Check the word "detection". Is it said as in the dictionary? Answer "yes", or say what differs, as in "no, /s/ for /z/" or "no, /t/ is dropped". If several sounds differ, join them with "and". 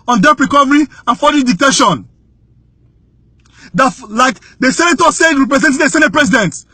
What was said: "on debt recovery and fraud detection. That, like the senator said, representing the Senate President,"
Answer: no, /k/ is dropped